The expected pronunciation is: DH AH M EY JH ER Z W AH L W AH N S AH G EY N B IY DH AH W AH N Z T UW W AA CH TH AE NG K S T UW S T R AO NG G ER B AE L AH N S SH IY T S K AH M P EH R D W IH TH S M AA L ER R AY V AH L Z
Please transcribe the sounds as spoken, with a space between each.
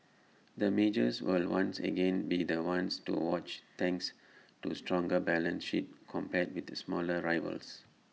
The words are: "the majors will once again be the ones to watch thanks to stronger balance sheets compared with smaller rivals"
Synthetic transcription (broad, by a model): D AH M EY JH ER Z W AH L W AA N S AH G EY N B IY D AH W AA N S T UW W AA CH T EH NG K S T UW S T R AO NG G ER B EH L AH N S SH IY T K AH M P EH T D W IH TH S M AA L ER R AY V AH L S